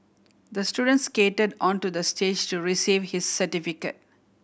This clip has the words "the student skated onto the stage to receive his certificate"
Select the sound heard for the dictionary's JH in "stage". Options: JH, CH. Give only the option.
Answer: JH